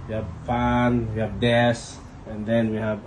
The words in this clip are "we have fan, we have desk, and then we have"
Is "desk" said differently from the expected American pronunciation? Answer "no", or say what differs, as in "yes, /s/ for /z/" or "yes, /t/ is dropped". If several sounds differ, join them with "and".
yes, /k/ is dropped